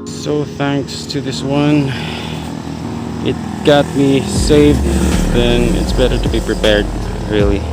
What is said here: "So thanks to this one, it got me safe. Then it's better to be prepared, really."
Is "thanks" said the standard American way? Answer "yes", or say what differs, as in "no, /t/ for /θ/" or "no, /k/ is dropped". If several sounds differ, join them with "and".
yes